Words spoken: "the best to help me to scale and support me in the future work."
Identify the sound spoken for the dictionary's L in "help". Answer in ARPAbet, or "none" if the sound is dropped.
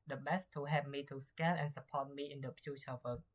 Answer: none